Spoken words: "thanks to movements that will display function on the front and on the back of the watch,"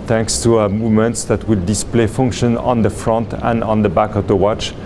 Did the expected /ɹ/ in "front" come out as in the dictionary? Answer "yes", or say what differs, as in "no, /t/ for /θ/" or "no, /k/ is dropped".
yes